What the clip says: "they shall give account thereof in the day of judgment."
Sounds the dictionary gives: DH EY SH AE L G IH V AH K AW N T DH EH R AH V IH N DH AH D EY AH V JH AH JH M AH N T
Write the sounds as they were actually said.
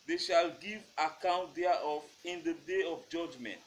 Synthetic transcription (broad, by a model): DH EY SH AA L G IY V AH K AW N T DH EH AO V IH N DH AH D EY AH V JH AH JH M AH N T